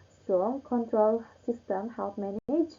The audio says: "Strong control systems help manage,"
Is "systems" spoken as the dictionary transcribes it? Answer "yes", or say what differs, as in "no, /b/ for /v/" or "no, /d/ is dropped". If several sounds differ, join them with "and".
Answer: no, /z/ is dropped